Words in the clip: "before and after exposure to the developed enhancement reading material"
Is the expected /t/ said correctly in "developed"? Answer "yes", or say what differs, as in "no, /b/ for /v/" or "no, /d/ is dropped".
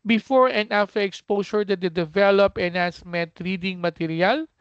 no, /t/ is dropped